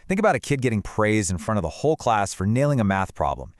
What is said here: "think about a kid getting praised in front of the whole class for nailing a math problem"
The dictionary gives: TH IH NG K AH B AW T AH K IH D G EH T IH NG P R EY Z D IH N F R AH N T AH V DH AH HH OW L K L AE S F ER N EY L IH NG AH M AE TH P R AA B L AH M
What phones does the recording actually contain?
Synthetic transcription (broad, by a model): TH IH NG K AH B AW T AH K IH D G EH T IH NG P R EY Z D IH N F R AH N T AH V DH AH HH OW L K L AE S F ER N EY L IH NG AH M AE TH P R AA B L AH M